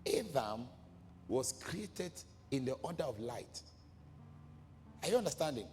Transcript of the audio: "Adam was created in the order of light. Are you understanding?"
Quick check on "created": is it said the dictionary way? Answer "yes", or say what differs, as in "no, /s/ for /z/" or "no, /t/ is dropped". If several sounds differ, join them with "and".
yes